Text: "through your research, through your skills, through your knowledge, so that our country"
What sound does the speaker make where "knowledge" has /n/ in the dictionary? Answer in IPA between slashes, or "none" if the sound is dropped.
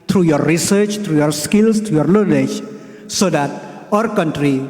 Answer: /l/